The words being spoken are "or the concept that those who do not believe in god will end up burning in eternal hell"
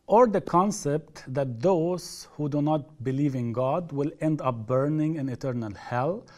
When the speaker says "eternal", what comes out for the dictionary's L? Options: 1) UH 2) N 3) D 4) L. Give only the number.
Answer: 4